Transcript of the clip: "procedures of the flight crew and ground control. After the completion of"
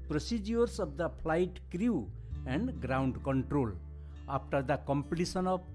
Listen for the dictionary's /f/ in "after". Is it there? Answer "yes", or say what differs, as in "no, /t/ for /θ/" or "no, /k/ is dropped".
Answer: no, /p/ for /f/